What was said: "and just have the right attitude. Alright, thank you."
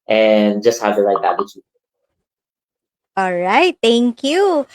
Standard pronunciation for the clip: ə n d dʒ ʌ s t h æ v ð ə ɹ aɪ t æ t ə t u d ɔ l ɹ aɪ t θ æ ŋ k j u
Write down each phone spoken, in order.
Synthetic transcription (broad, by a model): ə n dʒ ʌ s t h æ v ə l aɪ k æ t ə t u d ɔ l ɹ aɪ t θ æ ŋ k j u